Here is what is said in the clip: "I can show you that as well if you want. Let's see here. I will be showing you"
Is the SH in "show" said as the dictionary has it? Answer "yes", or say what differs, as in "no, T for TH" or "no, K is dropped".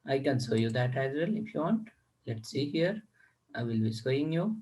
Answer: no, S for SH